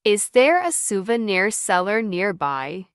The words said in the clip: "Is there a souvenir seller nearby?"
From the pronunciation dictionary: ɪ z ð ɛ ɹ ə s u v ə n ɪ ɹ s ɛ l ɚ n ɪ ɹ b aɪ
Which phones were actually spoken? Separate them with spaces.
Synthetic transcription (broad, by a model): ɪ z ð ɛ ɹ ə s u v ə n ɪ ɹ s ɛ l ɚ n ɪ ɹ b aɪ